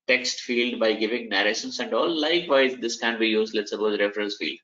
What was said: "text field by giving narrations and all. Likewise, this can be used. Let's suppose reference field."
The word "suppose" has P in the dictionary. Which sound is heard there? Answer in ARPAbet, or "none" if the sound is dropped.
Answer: B